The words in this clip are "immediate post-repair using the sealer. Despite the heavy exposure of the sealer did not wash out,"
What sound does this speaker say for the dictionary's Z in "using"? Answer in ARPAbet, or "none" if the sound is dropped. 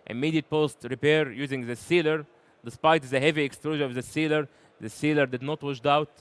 Z